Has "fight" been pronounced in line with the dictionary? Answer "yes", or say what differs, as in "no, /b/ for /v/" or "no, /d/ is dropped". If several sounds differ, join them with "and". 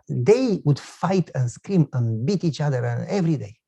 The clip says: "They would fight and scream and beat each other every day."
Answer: yes